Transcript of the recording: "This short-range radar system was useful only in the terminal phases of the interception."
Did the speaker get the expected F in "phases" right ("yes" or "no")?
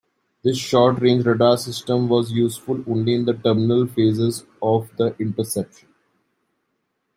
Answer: yes